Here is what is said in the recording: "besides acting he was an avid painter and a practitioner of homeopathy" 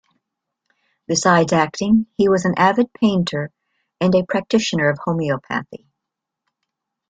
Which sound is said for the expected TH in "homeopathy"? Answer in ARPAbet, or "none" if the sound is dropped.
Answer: TH